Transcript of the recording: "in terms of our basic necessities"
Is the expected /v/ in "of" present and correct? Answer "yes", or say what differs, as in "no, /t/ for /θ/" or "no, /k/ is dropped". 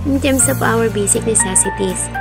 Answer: no, /p/ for /v/